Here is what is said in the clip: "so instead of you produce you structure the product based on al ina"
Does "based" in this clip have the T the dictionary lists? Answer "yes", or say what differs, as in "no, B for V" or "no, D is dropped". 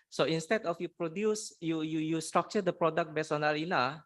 no, T is dropped